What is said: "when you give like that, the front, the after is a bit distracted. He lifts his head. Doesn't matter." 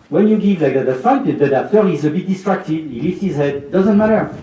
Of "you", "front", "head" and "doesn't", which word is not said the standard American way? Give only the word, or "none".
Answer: front